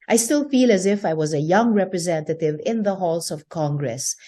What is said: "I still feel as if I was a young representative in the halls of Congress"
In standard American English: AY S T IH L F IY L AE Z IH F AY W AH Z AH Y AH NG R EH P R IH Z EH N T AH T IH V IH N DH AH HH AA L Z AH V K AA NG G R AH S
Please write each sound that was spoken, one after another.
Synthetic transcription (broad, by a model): AY S T IH L F IY L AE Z IH F AY W AH Z AH Y AH NG R EH P R IH Z EH N T AH T IH V IH N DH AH HH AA L S AH V K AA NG G R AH S